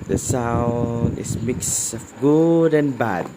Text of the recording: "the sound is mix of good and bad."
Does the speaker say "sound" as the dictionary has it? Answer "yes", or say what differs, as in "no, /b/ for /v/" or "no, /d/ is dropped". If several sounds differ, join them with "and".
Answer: no, /d/ is dropped